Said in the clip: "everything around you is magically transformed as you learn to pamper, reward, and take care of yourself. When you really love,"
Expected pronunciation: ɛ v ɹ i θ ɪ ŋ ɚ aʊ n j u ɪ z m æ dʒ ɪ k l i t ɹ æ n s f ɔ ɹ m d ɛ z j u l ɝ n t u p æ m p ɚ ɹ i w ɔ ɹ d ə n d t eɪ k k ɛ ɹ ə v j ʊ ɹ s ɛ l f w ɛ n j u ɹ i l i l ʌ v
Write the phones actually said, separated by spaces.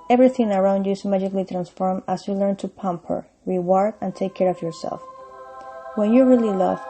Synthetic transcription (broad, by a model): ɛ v ɹ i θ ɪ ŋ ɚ aʊ n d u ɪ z m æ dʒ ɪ k l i t ɹ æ n s f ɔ ɹ m ɑ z j u l ɝ n t u p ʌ m p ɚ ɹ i w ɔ ɹ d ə n t eɪ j k ɛ ɹ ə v j ʊ ɹ s ɛ l f w ɛ n j u ɹ i l i l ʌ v